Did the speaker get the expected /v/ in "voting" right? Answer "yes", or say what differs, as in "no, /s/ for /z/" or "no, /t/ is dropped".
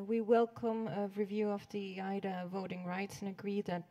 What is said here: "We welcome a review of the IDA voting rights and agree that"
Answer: yes